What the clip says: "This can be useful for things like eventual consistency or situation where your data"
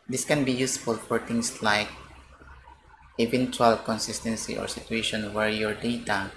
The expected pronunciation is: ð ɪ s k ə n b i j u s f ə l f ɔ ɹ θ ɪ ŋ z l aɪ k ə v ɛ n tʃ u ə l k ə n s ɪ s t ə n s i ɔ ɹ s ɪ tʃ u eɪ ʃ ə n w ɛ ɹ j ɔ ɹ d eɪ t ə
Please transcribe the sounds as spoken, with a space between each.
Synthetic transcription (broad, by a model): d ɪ s k ə n b i j u s f ə l f ɔ ɹ t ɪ ŋ s l aɪ k ə v ɛ n tʃ u ə l k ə n s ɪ s t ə n s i ɔ ɹ s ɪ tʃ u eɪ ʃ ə n w ɛ ɹ j ɔ ɹ d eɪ t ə